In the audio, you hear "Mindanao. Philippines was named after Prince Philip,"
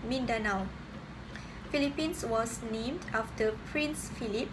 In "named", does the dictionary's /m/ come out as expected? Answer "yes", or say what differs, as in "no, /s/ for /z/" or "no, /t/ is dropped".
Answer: yes